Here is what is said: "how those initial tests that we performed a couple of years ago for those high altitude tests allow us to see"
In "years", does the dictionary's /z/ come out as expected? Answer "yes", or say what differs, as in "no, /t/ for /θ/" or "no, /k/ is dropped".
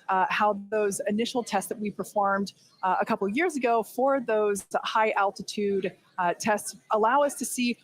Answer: yes